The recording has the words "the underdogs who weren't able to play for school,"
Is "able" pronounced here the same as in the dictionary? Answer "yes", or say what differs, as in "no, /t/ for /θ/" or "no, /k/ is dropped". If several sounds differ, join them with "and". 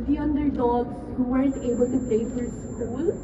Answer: yes